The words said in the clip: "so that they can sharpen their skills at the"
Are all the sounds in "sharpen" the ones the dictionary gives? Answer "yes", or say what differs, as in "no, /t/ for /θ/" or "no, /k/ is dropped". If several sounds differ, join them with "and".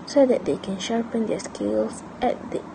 yes